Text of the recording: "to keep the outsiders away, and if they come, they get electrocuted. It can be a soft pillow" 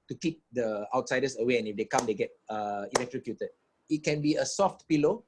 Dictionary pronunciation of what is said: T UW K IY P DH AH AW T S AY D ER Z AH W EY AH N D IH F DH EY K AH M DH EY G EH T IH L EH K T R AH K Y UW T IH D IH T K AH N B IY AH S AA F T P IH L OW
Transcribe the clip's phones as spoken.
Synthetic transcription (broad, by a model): T UW K IY P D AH AW T S AY D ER S AH W EY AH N IH F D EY K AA M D EY G EH T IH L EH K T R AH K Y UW T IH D IH T K AH N B IY AH S AA F T P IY L OW